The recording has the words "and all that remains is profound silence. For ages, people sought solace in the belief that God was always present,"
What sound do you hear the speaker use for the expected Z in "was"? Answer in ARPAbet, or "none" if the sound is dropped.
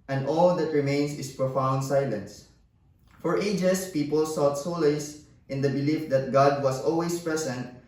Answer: S